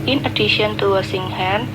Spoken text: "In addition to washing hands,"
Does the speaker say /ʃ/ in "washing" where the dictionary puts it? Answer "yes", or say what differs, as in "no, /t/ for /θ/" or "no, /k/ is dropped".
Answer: no, /s/ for /ʃ/